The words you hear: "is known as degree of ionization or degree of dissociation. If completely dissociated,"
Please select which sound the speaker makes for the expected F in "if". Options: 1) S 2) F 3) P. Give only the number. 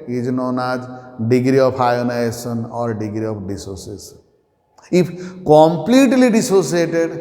3